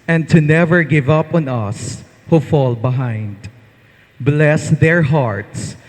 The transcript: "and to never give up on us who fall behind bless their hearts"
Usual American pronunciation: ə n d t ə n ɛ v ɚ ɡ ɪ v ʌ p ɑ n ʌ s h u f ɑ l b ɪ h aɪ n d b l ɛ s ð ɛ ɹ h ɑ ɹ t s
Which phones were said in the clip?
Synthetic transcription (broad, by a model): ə n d t ə n ɛ v ɚ ɡ ɪ v ʌ p ɑ n ʌ s h u f ɑ l b ɪ h aɪ n d b l ɛ s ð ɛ ɹ h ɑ ɹ t s